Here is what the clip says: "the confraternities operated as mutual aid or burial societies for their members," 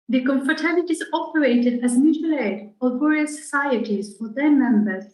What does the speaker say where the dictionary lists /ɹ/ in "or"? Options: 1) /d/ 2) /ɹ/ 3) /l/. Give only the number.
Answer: 3